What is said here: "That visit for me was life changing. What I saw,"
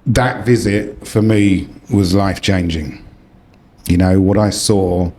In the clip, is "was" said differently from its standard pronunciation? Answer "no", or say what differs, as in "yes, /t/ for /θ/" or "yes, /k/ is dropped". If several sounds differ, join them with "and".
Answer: no